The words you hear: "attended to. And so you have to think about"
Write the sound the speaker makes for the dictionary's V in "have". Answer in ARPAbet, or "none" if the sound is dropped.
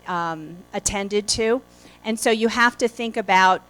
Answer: F